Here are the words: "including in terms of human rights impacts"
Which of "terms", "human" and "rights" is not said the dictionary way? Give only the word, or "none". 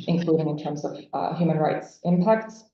none